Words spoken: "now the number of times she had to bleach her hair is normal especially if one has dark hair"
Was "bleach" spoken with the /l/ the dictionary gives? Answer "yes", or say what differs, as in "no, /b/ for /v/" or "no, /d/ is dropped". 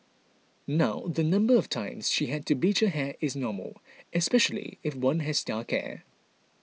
no, /l/ is dropped